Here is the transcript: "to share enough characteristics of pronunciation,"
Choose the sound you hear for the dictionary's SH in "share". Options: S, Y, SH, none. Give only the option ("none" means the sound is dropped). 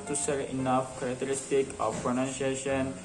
S